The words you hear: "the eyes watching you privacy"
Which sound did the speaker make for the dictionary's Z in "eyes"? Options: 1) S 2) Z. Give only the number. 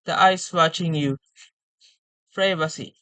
1